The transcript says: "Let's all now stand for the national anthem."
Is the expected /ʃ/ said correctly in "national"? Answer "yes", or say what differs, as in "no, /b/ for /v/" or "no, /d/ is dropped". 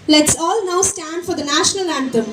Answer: yes